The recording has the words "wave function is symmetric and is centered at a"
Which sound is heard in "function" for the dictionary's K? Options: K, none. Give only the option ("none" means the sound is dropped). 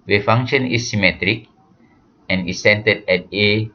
none